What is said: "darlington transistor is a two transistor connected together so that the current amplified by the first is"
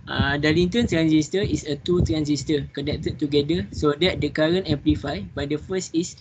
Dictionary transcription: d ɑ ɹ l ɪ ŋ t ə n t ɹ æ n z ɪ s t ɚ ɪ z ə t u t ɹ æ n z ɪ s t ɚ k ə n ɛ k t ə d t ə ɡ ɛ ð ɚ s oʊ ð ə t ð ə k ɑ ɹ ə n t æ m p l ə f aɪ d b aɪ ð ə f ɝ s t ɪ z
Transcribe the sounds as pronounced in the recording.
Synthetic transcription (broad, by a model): d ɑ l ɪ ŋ t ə n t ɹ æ n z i s t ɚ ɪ s ə t u t ɹ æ n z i s t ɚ k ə n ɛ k t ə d t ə ɡ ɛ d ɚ s oʊ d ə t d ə k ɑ ɹ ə n ɛ m p l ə f aɪ b aɪ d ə f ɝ s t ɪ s